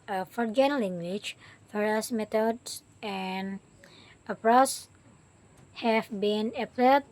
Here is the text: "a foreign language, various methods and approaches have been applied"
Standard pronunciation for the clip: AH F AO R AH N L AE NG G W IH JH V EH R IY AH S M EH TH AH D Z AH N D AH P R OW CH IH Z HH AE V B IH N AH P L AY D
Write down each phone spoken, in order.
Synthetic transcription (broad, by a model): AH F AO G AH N L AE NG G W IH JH F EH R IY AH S M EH T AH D S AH N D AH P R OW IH S HH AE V B IH N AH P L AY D